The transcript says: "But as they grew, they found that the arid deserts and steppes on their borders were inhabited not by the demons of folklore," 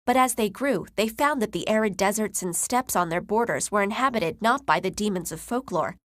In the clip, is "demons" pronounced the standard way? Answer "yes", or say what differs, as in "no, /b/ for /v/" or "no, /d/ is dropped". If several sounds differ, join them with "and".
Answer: yes